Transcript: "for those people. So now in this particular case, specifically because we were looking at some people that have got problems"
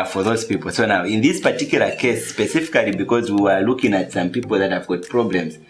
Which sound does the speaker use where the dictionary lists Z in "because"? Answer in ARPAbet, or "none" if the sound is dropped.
Z